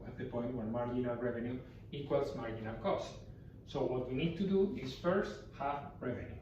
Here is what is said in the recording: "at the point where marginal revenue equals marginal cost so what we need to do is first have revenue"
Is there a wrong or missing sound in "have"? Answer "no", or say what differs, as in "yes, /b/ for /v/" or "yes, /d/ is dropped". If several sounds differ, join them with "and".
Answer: yes, /f/ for /v/